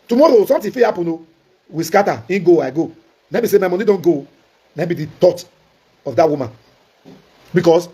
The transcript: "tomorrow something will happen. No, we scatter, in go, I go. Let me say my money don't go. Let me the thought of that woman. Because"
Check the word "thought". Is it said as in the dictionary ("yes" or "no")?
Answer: no